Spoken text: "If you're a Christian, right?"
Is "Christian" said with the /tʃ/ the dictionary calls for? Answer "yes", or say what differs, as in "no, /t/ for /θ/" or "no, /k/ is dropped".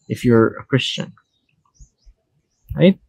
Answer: yes